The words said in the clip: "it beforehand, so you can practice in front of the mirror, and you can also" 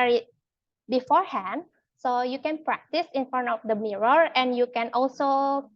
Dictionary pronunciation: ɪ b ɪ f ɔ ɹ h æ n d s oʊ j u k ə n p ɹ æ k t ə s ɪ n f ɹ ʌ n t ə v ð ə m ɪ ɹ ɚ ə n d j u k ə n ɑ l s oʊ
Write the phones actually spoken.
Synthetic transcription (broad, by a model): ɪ b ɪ f ɔ ɹ h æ n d s oʊ j u k ə n p ɹ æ k t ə s ɪ n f ʌ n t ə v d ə m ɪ ɹ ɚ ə n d j u k ə n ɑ l s oʊ